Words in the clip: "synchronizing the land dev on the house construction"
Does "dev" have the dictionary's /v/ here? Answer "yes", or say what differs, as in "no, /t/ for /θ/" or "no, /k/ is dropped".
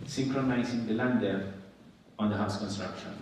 no, /v/ is dropped